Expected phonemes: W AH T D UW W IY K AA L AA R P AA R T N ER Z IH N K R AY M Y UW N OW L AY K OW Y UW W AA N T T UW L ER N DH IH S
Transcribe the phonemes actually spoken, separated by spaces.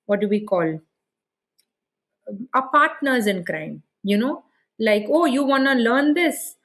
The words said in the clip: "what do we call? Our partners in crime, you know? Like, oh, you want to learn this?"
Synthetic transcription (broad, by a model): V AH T D UW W IY K AA L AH P AA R T N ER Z IH N K R AY M Y UW N OW L AY K OW Y UW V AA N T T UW L ER N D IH S